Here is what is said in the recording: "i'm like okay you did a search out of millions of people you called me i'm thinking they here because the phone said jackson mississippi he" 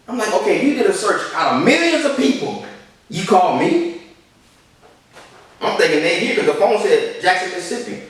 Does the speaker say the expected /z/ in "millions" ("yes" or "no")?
yes